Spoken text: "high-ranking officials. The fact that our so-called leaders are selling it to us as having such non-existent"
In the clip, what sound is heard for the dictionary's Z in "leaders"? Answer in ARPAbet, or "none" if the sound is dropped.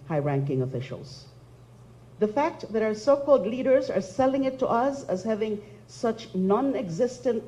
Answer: Z